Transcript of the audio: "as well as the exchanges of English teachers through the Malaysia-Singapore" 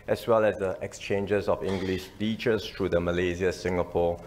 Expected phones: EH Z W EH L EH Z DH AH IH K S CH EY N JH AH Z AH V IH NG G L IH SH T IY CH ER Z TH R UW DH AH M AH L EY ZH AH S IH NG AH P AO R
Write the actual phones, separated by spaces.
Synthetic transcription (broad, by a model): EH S W EH L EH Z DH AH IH K S CH EY N JH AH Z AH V IH NG G L IH SH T IY CH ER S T R UW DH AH M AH L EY Z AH S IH NG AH P AO